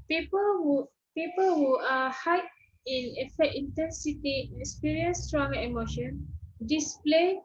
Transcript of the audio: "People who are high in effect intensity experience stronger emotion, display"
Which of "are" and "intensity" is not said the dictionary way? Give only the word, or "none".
are